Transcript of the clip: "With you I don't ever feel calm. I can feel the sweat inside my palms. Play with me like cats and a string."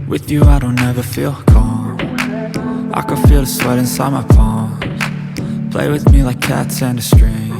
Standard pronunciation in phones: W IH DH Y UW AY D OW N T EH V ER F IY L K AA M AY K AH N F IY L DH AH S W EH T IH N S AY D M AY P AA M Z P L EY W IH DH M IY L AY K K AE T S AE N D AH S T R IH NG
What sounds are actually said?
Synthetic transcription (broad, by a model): W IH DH Y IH AY D OW N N EH V ER F IY L K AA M AY K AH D F IY L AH S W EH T IH N S AY D M AY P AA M P L EY W IH DH M IY L AY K K AE T S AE N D AH S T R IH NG